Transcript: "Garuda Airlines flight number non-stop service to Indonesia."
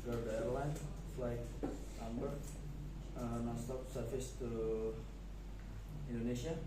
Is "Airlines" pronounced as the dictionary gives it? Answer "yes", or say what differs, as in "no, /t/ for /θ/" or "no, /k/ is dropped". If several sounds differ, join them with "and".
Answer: no, /z/ is dropped